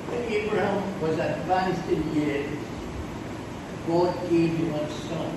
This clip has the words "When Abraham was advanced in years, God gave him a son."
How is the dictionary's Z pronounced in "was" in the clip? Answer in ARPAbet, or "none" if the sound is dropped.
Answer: Z